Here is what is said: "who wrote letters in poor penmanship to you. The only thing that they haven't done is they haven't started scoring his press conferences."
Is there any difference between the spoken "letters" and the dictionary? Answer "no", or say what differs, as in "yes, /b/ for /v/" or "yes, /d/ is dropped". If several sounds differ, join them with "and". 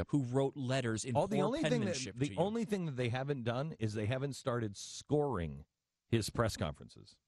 no